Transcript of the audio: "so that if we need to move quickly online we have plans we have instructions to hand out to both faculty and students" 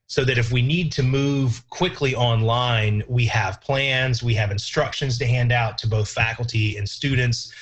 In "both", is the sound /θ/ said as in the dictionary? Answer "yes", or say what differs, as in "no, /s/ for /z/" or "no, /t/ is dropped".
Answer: yes